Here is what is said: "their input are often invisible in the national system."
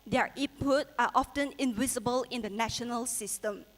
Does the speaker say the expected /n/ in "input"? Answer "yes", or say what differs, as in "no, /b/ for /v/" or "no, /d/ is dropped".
no, /n/ is dropped